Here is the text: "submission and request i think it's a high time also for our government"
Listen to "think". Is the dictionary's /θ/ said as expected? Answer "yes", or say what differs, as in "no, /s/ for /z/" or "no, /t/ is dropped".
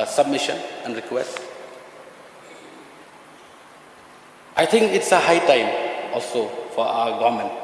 no, /t/ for /θ/